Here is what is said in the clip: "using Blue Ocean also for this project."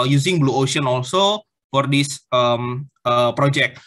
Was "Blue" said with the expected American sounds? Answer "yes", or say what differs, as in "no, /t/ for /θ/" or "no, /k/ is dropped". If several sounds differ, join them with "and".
yes